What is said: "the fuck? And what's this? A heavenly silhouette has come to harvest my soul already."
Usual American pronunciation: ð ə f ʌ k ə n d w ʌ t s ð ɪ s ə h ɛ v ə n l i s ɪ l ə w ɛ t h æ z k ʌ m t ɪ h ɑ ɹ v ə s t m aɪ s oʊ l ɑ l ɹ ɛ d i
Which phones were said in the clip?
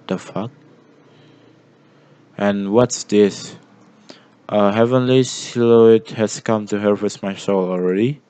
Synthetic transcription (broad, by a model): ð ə f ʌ k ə n w ʌ t s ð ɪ s ə h ɛ v ə n l i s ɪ l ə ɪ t h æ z k ʌ m t ɪ h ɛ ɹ w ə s m aɪ s oʊ l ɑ l ɹ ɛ d i